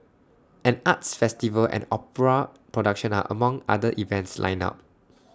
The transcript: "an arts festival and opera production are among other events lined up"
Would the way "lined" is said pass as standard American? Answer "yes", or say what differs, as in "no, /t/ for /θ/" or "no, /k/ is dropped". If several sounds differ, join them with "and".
no, /d/ is dropped